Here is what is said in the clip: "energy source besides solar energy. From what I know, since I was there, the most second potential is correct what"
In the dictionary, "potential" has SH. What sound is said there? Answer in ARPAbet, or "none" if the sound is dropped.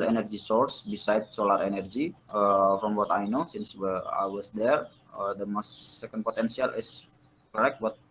S